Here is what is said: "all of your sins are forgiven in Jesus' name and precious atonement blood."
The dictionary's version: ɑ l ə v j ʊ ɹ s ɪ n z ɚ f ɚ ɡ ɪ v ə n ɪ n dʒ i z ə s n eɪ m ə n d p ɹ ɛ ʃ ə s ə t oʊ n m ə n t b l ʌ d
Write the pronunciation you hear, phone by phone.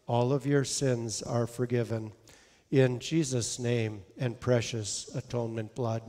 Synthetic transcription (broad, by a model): ɑ l ə v j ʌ ɹ s ɪ n z ɚ f ɚ ɡ ɪ v ə n ɪ n dʒ i z ə s n eɪ m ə n p ɹ ɛ ʃ ə s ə t oʊ n m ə n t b l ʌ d